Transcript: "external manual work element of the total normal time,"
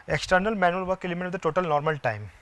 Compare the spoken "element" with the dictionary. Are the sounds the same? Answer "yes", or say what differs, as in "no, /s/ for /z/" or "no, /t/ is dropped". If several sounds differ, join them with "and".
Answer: no, /n/ is dropped